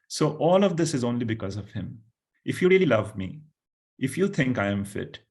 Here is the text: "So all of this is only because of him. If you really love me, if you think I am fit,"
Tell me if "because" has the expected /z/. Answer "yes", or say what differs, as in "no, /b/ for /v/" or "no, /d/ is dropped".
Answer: yes